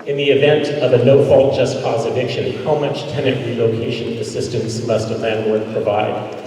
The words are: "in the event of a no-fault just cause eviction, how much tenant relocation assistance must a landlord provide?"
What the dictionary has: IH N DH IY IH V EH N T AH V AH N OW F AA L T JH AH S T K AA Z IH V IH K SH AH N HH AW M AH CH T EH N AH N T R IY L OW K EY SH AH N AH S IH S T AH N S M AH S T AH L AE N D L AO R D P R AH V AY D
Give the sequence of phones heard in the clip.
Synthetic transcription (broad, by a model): IH N DH IY IH V EH N T AH V AH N OW F AA L T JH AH S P AA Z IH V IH K SH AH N HH AW M AH CH T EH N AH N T R IY L OW K EY SH AH N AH S IH S T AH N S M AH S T AH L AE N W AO R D P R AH V AY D